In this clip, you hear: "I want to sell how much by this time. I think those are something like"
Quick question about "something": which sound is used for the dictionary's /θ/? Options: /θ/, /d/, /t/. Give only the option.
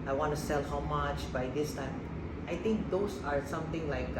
/t/